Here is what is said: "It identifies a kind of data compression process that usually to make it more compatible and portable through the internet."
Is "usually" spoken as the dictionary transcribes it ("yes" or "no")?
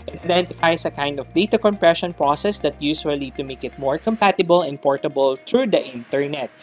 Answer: no